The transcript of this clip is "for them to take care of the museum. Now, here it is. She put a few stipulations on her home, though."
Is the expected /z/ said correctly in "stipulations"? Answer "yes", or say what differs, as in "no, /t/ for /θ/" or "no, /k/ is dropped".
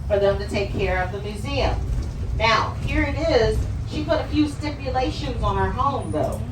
yes